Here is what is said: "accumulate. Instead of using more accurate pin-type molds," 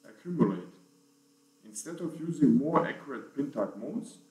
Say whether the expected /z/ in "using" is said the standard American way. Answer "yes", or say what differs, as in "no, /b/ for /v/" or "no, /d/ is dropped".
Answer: yes